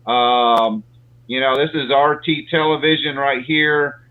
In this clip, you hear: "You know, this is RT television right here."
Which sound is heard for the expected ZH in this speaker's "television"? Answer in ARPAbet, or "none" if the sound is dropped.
ZH